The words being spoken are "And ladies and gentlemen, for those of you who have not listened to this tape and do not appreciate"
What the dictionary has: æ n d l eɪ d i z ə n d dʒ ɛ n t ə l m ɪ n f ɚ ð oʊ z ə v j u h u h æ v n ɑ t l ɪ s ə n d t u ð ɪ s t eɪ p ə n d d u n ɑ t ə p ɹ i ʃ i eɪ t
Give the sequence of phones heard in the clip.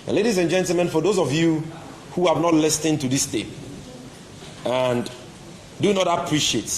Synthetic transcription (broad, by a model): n l eɪ d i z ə n dʒ ɛ n t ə l m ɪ n f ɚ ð oʊ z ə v j u h u h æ v n ɑ t l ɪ s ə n t u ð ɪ s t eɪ ə n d d u n ɑ t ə p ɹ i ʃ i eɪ t